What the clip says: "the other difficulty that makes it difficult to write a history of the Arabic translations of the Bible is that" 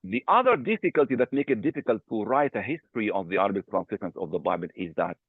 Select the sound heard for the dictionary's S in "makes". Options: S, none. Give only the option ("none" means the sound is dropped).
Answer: none